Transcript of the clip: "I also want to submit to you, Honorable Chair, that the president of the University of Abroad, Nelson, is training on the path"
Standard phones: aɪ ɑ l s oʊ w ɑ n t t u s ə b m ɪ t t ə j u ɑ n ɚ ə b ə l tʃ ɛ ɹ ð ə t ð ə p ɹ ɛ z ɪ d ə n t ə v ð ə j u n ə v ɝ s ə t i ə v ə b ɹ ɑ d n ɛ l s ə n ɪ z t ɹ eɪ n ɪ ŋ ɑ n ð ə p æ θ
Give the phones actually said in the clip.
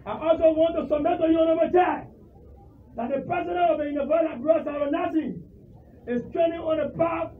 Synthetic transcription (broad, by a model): aɪ ɑ l s oʊ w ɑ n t t u s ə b m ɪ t t ə j u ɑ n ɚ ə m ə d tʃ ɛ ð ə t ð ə p ɹ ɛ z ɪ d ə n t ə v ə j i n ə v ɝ ə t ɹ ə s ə ɹ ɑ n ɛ s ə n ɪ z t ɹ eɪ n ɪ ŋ ɑ n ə p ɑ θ